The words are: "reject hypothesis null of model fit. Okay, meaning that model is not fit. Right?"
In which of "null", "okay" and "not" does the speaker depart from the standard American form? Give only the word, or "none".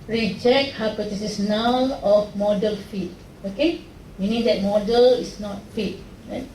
null